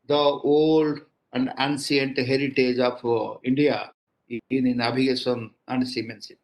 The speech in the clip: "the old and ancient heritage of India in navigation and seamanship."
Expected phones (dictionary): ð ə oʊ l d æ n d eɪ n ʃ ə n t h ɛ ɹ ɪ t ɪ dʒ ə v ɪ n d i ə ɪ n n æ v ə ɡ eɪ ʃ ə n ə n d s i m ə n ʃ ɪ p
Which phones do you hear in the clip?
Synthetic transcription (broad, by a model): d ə oʊ l d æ n d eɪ n s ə n t h ɛ ɹ ɪ t ɪ dʒ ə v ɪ n d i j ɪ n n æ b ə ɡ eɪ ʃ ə n ə n d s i m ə n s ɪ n